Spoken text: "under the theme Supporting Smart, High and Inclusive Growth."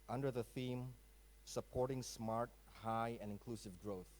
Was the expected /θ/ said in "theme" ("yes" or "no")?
yes